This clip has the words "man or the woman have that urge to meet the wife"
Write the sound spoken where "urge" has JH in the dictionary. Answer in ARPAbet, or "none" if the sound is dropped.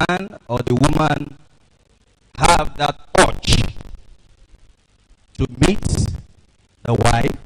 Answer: CH